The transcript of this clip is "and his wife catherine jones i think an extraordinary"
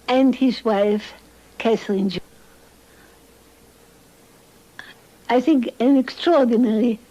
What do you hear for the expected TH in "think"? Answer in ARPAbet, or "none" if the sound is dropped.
TH